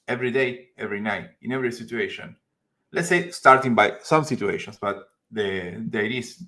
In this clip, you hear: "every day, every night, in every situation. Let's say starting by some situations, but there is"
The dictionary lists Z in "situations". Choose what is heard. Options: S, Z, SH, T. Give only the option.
S